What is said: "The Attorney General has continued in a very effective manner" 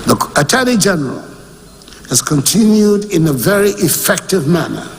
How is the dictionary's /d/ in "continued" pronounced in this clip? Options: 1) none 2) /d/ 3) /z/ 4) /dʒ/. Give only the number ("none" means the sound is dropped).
2